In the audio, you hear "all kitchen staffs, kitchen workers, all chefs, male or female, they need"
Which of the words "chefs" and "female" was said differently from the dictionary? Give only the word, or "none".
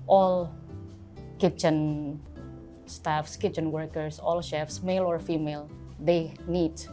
none